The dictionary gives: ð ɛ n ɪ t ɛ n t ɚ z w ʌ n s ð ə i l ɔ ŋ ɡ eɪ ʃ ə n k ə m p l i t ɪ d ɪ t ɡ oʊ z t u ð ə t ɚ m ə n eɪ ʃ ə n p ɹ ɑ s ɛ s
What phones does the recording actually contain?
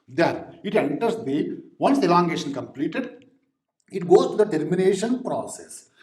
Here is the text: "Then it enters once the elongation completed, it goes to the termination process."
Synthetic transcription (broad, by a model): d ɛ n ɪ t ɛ n t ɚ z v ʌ n s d i l ɔ ŋ ɡ eɪ ʃ ə n k ə m p l i t ɪ d ɪ t ɡ oʊ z t u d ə t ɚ m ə n eɪ ʃ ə n p ɹ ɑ s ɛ s